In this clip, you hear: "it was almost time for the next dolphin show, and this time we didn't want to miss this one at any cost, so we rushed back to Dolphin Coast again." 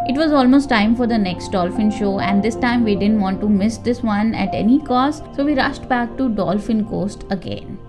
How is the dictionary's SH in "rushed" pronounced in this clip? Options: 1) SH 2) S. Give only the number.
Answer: 1